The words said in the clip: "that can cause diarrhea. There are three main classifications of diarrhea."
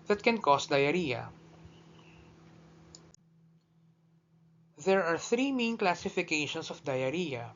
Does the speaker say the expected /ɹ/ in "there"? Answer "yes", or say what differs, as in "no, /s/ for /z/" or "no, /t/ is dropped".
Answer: yes